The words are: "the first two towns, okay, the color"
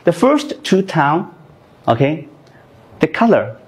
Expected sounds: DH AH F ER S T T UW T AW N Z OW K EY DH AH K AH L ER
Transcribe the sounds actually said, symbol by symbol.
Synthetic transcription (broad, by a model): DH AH F ER S T T UW T AW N OW K EY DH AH K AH L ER